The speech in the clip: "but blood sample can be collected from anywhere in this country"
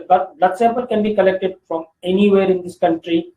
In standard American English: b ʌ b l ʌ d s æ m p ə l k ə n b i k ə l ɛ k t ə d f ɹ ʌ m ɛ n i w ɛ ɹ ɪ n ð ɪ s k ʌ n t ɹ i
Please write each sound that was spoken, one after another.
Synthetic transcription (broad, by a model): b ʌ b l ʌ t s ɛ p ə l k ə n b i k ə l ɛ k t ə d f ɹ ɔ m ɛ n i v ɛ ɹ ɪ n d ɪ s k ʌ n t ɹ i